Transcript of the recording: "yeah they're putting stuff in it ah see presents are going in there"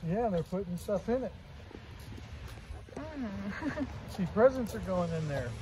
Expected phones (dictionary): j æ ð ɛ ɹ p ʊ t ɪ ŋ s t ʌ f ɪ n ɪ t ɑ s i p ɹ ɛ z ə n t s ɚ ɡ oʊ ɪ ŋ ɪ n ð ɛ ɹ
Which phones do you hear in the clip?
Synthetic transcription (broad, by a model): j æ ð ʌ ɹ p ʊ t ɪ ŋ s t ʌ f ɪ n ɪ t s i p ɹ ɛ z ə n t s ɚ ɡ oʊ ɪ ŋ ɪ n ð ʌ ɹ